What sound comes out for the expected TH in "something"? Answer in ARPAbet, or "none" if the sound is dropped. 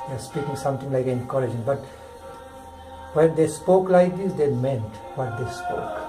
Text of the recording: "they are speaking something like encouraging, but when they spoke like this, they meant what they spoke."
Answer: T